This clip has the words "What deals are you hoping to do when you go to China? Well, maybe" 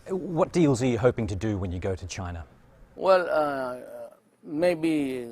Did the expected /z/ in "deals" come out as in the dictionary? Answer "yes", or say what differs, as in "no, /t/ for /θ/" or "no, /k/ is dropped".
yes